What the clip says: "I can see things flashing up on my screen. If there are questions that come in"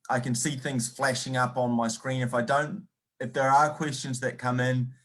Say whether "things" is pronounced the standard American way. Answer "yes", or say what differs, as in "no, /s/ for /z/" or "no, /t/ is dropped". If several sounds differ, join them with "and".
yes